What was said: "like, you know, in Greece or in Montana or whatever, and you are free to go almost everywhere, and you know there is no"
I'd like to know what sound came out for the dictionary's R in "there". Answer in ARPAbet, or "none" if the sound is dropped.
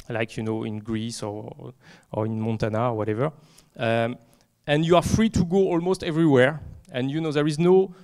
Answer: R